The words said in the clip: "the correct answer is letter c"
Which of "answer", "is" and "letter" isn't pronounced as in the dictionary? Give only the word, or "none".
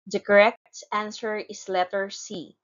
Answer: is